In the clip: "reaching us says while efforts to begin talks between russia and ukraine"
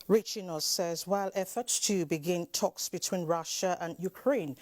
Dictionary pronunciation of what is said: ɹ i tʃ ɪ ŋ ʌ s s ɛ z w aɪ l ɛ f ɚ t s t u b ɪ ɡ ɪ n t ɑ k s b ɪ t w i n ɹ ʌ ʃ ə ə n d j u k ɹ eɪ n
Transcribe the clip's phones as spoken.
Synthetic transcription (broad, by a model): ɹ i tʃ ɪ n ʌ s s ɛ z w aɪ l ɛ f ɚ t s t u b ɪ ɡ ɪ n t ɑ k s b ɪ t w i n ɹ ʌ ʃ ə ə n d j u k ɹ eɪ n